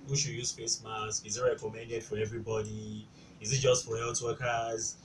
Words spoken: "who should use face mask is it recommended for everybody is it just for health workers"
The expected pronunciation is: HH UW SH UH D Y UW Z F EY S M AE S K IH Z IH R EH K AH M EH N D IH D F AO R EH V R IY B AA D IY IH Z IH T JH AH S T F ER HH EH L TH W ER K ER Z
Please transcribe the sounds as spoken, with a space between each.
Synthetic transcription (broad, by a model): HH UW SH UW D Y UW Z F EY S M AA S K IH Z IH R EH K AH M EH N D IH D F AO R EH V R IY B AA D IY IH Z IH T JH AH S T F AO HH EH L T W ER K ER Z